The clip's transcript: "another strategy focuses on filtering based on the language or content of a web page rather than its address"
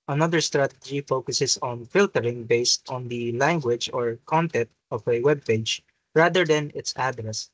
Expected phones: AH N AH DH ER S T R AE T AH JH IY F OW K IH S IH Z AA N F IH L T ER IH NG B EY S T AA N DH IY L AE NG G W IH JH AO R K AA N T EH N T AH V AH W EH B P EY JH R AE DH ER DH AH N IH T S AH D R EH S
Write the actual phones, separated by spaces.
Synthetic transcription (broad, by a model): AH N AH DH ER S T R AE T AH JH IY F OW K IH S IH S AA N F IH L T ER IH NG B EY S T AA N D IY L AE NG G W IH JH AO R K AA N T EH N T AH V AH W EH B P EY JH R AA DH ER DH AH N IH T S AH D R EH S